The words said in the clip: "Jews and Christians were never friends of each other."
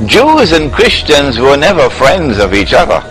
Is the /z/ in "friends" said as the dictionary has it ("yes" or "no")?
yes